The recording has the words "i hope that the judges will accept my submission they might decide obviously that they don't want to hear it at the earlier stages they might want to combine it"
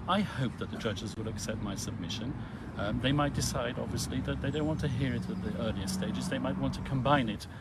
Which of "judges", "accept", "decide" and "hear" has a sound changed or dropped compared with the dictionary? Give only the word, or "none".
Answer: none